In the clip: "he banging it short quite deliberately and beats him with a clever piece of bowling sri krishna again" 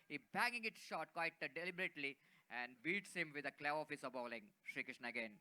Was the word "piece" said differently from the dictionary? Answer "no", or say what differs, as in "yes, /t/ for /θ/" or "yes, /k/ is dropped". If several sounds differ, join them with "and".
yes, /f/ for /p/